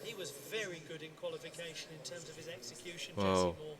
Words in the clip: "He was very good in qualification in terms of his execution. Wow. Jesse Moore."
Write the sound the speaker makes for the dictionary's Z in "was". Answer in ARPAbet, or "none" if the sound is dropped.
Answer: Z